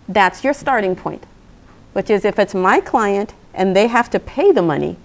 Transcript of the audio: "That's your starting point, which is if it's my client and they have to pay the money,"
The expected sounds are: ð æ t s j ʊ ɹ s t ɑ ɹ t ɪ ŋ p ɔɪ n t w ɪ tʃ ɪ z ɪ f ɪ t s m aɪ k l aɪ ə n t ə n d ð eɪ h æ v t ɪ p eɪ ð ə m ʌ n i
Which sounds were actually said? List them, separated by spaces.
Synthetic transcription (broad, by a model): ð æ t s j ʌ ɹ s t ɑ ɹ t ɪ ŋ p ɔɪ n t w ɪ tʃ ɪ z ɪ f ɪ t s m aɪ k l aɪ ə n t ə n ð eɪ h æ f t ɪ p eɪ ð ə m ʌ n i